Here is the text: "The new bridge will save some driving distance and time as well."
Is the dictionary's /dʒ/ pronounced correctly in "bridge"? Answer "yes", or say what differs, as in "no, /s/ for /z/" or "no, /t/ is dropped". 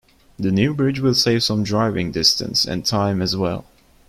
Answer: yes